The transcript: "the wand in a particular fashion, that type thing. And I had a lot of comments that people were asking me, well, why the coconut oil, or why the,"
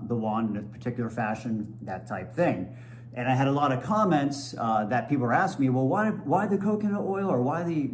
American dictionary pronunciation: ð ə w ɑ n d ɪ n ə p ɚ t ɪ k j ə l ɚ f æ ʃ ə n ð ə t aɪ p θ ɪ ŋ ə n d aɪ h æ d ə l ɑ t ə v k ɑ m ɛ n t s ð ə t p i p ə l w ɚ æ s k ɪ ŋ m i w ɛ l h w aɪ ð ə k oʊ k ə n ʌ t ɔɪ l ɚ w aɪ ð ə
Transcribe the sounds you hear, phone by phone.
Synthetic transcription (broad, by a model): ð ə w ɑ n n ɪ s p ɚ t ɪ k j l ɚ f æ ʃ ə n ð ə t aɪ p θ ɪ ŋ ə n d aɪ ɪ d ə l ɑ t ə v k ɑ m ɛ n t s ð ə t p i p l æ s k m i w ɛ l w w aɪ ð ə k oʊ k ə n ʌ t ɔɪ l ɚ w aɪ ð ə